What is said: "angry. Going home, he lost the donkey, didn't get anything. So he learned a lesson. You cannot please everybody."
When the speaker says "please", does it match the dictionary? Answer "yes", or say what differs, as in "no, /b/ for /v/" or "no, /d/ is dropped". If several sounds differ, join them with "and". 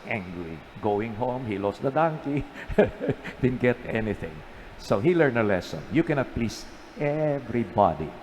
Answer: no, /s/ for /z/